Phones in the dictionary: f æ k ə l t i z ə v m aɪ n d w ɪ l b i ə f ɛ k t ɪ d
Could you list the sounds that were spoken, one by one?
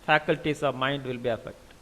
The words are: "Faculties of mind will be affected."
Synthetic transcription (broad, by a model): f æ k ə l t i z ə v m aɪ n d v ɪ l b i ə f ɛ k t